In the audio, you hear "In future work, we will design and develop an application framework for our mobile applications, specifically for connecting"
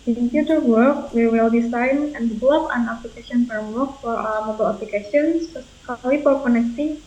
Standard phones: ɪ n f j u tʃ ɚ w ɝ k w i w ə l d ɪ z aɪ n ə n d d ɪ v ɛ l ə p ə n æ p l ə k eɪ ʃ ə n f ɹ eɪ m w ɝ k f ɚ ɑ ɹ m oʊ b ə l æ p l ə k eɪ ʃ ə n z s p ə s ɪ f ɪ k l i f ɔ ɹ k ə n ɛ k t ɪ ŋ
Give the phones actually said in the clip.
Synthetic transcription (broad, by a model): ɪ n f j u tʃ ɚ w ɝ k w i w ə l d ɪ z aɪ n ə n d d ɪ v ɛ l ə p ə n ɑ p l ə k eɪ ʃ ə n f eɪ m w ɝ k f ɑ ɹ m oʊ b ə l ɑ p l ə k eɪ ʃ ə n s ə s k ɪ l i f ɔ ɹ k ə n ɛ k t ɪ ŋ